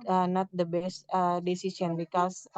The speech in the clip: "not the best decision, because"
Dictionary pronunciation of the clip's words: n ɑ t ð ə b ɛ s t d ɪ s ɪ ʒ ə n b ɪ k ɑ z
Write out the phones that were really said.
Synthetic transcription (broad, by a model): n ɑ t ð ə b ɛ s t d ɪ s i s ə n b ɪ k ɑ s